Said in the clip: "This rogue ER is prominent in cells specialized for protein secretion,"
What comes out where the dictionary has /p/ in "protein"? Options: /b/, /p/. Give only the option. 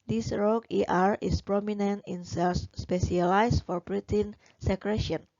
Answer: /b/